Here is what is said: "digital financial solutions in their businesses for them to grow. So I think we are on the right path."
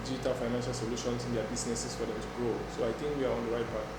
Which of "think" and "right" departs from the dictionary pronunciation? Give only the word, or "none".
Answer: think